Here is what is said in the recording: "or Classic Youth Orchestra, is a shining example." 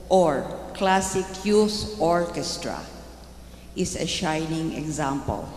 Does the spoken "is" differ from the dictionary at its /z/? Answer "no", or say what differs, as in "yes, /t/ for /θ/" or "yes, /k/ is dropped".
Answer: yes, /s/ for /z/